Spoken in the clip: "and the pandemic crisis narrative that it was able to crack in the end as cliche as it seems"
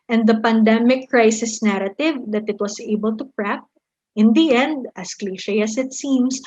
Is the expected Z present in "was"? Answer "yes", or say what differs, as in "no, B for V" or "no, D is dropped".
no, S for Z